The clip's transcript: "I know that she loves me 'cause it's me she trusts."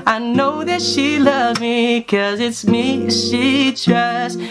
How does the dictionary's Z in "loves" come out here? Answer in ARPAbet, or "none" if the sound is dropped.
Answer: none